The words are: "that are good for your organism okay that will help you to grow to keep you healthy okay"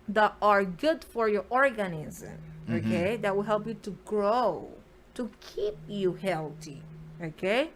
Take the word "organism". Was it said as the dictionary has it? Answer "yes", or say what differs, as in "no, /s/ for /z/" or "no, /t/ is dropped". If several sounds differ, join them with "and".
yes